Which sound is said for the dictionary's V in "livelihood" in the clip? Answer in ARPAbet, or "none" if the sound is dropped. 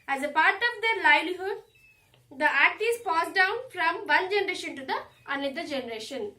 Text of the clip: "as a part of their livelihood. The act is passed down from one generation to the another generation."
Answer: none